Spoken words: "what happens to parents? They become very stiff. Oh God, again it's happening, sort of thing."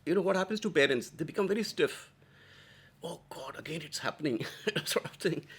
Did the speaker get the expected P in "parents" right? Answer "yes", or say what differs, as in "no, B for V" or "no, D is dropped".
no, B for P